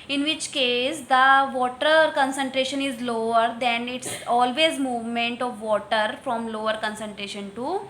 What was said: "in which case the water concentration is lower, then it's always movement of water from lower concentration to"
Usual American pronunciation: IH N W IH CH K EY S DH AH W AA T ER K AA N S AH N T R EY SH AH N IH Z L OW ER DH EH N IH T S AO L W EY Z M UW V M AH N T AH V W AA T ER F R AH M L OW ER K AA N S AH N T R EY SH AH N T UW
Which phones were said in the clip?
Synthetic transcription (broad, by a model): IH N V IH CH K EY S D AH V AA T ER K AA N S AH N T R EY SH AH N IH Z L OW ER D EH N IH T S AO L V EY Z M UW V M AH N T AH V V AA T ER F R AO M L OW ER K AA N S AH N T R EY SH AH N T UW